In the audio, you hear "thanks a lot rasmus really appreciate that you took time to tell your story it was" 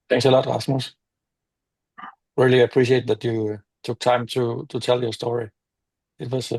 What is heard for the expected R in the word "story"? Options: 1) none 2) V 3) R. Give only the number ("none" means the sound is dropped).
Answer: 3